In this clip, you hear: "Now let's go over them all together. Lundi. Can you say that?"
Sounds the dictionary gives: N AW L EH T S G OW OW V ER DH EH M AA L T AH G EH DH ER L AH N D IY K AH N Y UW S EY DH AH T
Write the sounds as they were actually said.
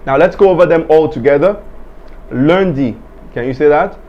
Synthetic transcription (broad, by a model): N AW L EH T S G OW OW V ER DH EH M AA L T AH G EH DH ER L AH N D IY K AH N Y UW S EY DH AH T